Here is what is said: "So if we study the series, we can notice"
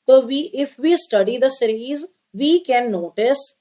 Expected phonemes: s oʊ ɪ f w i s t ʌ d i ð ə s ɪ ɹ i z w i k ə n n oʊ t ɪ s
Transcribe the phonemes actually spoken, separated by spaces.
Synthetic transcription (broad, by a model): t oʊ ɪ f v i s t ʌ d i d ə s ɪ ɹ i z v i k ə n n oʊ t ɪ s